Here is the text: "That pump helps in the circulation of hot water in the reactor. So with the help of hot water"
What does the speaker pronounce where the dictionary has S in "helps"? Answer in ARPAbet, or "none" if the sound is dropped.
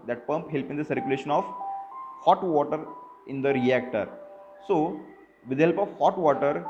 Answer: none